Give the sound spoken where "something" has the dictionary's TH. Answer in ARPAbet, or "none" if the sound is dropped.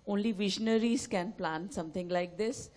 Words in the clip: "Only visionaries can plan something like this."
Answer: T